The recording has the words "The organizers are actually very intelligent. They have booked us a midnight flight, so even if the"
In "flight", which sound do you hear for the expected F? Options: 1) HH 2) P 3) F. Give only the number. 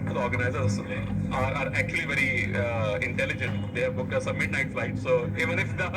3